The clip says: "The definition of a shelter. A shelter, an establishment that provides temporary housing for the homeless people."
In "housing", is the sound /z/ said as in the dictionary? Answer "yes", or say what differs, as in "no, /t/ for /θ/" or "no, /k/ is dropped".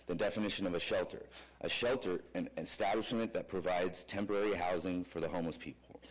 yes